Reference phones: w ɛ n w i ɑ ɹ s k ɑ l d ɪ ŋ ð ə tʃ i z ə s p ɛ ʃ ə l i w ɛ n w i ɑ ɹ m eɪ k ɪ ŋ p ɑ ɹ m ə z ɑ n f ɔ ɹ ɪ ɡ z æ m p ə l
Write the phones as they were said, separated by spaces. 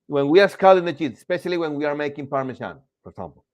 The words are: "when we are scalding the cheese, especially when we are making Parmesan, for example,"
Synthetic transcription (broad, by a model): w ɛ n w i ɑ ɹ s k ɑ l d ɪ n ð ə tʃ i s ə s p ɛ ʃ ə l i w ɛ n w i ɑ ɹ m eɪ k ɪ ŋ p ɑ ɹ m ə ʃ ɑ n f ɔ ɹ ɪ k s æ m p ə l